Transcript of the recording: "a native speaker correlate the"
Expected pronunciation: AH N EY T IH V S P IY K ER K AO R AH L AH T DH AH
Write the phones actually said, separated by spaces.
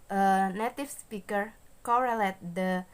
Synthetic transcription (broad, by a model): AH N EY T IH F S P IY K ER K AO R AH L AH T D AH